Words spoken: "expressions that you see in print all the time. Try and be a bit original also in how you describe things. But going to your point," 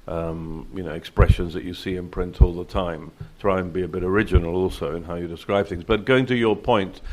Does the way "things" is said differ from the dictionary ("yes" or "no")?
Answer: no